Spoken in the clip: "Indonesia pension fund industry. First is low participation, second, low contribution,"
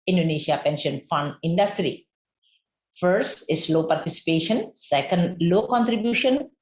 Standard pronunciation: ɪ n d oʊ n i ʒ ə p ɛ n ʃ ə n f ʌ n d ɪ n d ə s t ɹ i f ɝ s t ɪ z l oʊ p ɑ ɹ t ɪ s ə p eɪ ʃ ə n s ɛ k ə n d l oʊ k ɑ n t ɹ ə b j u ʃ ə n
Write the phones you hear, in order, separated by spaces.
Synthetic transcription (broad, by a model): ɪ n d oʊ n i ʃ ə p ɛ n ʃ ə n f ʌ n d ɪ n d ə s t ɹ i f ɝ s t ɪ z l oʊ p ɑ ɹ t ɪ s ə p eɪ ʃ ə n s ɛ k ə n d l oʊ k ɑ n t ɹ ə b j u ʃ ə n